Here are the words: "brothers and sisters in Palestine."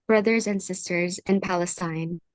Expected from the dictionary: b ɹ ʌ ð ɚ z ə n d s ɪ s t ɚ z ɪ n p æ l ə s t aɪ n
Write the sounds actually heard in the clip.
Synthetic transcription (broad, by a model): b ɹ ʌ ð ɚ z ə n d s ɪ s t ɚ z ɪ n p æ l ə s t aɪ n